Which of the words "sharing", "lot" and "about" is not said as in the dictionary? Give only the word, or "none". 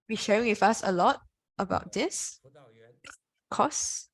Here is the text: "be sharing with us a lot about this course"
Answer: sharing